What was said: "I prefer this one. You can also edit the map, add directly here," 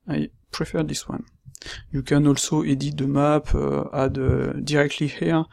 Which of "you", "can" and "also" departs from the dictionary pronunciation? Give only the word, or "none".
none